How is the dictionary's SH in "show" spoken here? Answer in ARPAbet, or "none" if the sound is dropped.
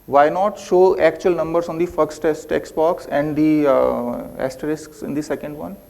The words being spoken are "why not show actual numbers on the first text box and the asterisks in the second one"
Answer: SH